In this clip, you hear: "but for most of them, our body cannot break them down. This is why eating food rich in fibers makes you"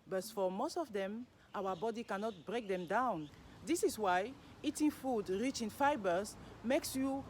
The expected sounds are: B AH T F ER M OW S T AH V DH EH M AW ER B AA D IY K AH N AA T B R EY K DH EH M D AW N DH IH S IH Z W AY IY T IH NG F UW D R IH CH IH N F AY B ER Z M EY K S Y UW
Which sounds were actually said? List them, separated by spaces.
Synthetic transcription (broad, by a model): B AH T F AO M OW S T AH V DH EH M AW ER B AA D IY K AH N AA T B R EY K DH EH M D AW N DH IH S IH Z W AY IY T IH NG F UW D R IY CH IH N F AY B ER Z M EY K S Y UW